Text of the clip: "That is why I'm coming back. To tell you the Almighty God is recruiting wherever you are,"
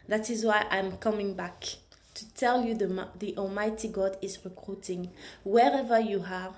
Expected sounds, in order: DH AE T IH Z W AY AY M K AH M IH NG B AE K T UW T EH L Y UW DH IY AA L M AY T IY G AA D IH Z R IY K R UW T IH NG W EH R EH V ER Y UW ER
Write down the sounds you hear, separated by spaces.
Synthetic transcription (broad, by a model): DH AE T IH Z W AY AY M K AH M IH NG B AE K T UW T EH L Y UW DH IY AA L M AY T IY G AA D IH Z R IY K R UW T IH NG W EH R EH V ER Y UW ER